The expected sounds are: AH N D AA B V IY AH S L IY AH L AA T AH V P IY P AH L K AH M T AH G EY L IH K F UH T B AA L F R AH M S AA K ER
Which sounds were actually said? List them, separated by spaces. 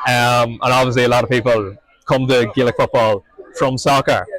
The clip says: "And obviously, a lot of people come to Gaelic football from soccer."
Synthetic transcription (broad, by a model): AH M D AA B V IY AH S L IY AH L AA T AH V P IY P AH L K AH M T AH G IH L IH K F UH T B AA L F R AH M S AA K ER